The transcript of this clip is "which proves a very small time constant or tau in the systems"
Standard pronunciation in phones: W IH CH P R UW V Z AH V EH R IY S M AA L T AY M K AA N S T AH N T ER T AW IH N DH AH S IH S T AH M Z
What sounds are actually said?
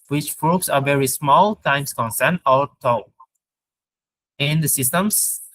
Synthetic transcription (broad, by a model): W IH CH F R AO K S AH V EH R IY S M AA L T AY M K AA N S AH N T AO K IH N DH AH S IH S T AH M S